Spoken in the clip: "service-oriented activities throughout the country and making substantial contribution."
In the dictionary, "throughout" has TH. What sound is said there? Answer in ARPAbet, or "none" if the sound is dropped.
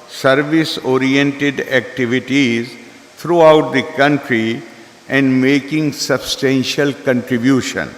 T